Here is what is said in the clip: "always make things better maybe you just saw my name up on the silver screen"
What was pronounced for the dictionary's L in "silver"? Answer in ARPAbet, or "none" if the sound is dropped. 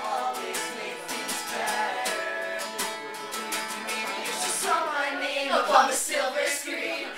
L